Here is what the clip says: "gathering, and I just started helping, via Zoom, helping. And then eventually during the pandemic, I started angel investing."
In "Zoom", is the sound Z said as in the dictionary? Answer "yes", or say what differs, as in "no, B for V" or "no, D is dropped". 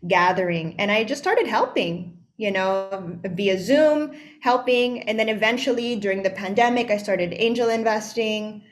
yes